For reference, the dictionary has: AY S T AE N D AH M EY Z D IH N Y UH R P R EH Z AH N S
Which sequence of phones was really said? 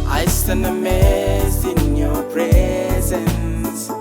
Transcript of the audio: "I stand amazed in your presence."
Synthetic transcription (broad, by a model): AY S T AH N AH M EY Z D IH N Y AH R P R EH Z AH N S